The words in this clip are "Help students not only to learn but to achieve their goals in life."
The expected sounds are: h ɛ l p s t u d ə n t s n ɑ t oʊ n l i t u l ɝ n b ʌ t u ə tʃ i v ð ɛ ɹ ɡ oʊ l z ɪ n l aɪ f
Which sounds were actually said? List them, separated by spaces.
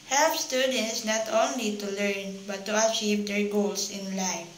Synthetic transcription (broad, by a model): h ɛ l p s t u d ə n t s n ɑ t oʊ n l i t u l ɝ n b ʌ t u ə tʃ i v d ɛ ɹ ɡ oʊ l s ɪ n l aɪ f